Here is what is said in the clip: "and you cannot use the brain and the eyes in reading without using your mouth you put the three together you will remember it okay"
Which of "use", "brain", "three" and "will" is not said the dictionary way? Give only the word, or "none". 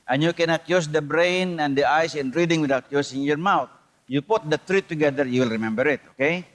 three